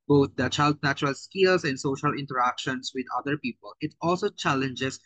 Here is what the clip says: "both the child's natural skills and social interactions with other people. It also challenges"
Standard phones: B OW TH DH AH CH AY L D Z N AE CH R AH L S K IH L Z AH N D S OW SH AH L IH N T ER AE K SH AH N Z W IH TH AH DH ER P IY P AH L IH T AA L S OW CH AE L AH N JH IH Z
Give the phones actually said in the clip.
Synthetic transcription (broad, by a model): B OW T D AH CH AY L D N AE CH R AH L S K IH L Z AH N D S OW SH AH L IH N T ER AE K SH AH N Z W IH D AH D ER P IY P AH L IH T AA L S OW CH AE L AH N JH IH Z